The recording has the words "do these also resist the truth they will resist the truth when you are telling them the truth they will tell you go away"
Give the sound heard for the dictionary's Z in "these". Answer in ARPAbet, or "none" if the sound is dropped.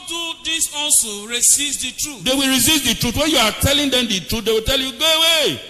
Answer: S